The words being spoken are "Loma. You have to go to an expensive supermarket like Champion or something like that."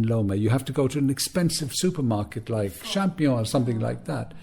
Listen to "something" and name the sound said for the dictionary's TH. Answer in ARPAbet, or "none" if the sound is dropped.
TH